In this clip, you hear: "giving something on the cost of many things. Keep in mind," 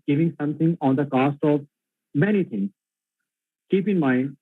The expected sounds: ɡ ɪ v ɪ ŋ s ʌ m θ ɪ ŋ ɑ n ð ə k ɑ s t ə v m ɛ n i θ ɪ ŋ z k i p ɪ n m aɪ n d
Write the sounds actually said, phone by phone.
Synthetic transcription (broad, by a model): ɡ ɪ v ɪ ŋ s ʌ m t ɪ ŋ ɑ n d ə k ɑ s t ə v m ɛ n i t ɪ ŋ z k i p ɪ n m aɪ n d